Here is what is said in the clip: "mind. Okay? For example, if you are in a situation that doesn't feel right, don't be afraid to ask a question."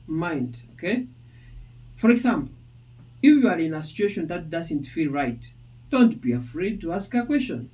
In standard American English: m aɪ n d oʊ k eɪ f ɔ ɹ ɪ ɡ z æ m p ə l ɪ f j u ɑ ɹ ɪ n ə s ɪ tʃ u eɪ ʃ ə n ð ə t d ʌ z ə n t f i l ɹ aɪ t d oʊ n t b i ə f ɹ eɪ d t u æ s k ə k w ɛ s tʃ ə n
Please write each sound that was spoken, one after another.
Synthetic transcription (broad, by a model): m aɪ n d oʊ k eɪ f ɔ ɹ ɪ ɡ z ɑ m p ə l ɪ f j u ɑ ɹ ɪ n ə s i tʃ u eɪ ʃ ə n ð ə t d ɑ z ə n t f i l ɹ aɪ t d oʊ n t b i ə f ɹ eɪ d t u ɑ s k ə k w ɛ s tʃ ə n